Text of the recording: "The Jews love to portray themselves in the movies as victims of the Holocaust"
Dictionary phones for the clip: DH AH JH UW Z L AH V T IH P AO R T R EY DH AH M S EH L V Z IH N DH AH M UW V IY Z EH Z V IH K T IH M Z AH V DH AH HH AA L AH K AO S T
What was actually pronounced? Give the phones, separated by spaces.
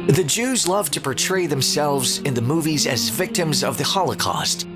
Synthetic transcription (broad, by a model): DH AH JH UW Z L AH V T IH P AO R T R EY DH AH M S EH L V Z IH N DH AH M UW V IY Z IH Z V IH K T IH M Z AH V DH AH HH AA L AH K AO S T